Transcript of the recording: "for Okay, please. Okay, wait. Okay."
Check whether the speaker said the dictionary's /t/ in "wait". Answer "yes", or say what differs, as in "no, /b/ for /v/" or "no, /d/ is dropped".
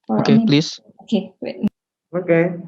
no, /t/ is dropped